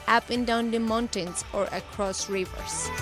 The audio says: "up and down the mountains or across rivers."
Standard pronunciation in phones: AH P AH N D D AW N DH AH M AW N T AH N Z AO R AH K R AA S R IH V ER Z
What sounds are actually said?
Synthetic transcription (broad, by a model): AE P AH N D D AW N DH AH M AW N T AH N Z AO R AH K R AA S R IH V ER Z